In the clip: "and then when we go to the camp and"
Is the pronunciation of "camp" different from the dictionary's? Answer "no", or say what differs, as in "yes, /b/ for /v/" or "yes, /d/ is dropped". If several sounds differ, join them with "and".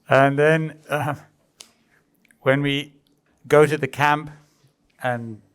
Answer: no